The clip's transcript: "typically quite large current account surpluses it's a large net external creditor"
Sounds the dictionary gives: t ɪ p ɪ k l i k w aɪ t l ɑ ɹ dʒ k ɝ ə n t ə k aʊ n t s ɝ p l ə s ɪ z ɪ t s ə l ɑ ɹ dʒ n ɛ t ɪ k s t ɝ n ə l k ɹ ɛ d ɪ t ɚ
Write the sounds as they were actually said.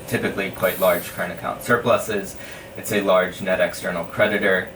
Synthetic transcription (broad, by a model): t ɪ p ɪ k l i k w aɪ t l ɑ ɹ dʒ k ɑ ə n ə k aʊ n t s ɝ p l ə s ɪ z ɪ t s ə l ɑ ɹ dʒ n ɛ t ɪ k s t ɝ n l k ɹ ɛ d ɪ t ɚ